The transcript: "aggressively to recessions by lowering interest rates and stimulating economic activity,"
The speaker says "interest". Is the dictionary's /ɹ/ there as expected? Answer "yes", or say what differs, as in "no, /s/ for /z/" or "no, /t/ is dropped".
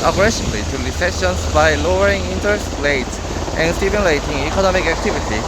no, /ɹ/ is dropped